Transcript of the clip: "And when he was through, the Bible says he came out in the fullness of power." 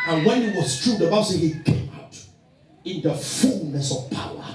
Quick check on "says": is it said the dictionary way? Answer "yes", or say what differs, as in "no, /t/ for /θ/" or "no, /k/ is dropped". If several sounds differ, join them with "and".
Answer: no, /z/ is dropped